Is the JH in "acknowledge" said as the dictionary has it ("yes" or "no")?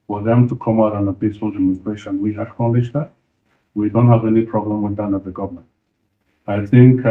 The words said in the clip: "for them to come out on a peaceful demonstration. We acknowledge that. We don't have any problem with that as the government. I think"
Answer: no